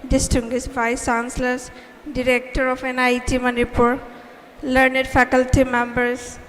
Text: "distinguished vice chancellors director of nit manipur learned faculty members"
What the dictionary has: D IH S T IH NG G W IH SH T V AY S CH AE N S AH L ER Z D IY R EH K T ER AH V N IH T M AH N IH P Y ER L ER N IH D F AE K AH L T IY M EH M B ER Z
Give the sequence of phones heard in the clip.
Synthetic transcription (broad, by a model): D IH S T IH NG G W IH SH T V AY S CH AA N S L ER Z D IY R EH K T ER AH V N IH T M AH N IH P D L ER N IH D F AE K AH L T IY M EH M B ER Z